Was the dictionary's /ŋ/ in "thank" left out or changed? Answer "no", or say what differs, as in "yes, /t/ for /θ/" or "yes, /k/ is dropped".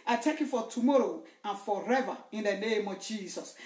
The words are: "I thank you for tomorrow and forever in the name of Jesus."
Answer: yes, /ŋ/ is dropped